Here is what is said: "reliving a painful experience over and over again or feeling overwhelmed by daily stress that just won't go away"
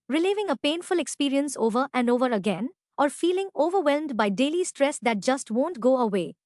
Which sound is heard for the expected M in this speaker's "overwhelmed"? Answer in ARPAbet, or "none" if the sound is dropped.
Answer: M